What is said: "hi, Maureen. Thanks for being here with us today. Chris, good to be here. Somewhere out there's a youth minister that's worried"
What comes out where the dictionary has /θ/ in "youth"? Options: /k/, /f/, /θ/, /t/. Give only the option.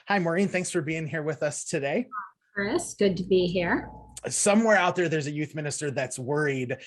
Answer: /θ/